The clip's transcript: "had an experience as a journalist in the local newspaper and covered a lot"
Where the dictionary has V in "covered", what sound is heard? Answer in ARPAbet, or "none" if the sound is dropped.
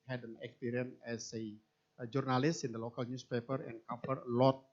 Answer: F